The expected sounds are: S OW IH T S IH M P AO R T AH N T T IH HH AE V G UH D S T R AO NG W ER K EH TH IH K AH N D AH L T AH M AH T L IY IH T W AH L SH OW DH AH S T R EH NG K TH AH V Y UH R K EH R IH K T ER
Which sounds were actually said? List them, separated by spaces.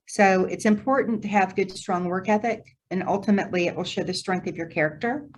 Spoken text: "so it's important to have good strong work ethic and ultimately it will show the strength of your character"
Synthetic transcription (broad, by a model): S OW IH T S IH M P AO R T N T T IH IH V G UH D S T R AO NG W ER K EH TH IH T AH N AH L T AH M AH T L IY IH T W AH L SH OW DH AH S T R EH NG K TH AH V Y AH R K EH R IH K T ER